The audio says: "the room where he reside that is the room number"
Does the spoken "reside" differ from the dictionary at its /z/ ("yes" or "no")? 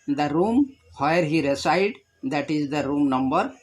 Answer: yes